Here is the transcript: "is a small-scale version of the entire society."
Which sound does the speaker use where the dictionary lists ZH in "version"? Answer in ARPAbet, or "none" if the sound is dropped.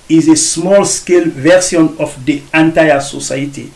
S